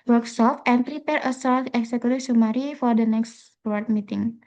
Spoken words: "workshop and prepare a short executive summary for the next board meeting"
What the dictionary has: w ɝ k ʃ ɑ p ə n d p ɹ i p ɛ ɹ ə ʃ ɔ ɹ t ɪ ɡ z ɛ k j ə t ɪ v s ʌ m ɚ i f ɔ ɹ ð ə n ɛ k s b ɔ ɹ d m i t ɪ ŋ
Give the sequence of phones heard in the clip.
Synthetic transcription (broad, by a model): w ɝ k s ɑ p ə n p ɹ i p ɛ ɹ ə s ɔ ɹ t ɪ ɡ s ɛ k j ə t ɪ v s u m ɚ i f ɔ ɹ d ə n ɛ k s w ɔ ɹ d m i t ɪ ŋ